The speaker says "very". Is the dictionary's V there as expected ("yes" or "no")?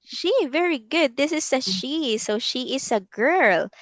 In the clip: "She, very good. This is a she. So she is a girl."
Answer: yes